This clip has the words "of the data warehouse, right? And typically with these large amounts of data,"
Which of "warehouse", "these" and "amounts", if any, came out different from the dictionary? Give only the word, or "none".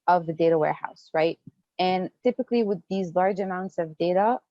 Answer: none